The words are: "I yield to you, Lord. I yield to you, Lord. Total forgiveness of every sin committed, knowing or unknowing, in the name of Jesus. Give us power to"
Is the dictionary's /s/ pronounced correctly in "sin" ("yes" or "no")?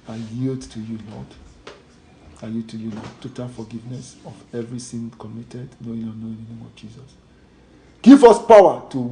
no